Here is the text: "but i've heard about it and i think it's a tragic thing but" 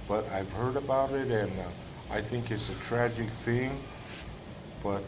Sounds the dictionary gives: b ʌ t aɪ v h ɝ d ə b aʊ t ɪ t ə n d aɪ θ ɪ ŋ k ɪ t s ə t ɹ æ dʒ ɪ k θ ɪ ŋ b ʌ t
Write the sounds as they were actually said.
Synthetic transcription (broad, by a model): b ʌ t aɪ v h ɝ d ə b aʊ t ɪ t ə n aɪ θ ɪ ŋ k ɪ t s ə t ɹ æ dʒ ɪ k θ ɪ ŋ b ʌ t